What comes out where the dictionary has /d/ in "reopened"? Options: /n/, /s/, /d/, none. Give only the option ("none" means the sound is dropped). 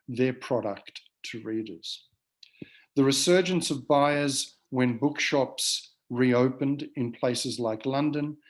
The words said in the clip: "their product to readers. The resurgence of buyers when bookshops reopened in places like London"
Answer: /d/